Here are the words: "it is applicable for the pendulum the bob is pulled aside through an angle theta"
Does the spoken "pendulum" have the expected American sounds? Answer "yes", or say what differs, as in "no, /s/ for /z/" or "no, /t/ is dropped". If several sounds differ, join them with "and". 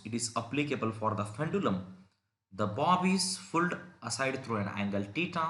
no, /f/ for /p/